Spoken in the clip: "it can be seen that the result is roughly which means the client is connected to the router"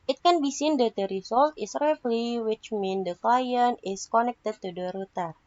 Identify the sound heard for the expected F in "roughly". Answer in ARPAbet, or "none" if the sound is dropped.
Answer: P